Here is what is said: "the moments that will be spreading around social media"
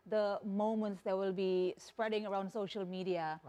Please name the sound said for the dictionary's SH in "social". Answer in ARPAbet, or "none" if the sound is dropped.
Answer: SH